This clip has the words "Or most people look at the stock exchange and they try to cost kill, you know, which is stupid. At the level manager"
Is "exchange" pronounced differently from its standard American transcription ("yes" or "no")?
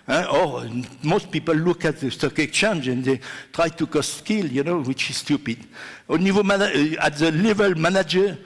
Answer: yes